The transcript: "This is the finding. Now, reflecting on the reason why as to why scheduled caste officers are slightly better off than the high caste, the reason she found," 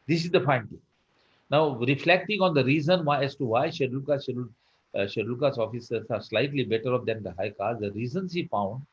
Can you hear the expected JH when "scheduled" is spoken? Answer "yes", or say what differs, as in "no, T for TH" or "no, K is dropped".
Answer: no, SH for JH